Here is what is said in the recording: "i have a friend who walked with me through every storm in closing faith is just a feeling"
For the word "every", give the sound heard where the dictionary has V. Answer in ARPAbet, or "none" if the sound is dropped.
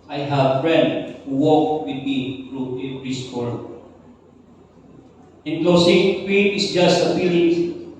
P